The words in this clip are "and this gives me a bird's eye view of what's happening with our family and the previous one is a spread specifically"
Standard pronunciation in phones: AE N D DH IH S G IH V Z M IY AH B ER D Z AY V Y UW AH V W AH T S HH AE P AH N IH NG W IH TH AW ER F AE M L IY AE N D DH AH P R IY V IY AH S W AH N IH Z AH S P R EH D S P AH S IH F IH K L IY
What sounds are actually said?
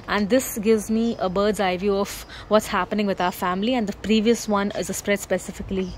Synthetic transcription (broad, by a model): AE N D IH S G IH V Z M IY AH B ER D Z AY V Y UW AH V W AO T S HH AE P AH N IH NG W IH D AW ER F AE M L IY AE N D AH P R IY V IY AH S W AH N IH Z AH S P R EH D S P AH S IH F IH K L IY